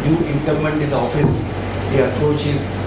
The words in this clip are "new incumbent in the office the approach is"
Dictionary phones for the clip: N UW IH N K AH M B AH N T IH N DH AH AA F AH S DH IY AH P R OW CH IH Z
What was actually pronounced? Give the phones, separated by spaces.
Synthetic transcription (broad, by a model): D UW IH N K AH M AH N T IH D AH AA F AH S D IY AH P R OW CH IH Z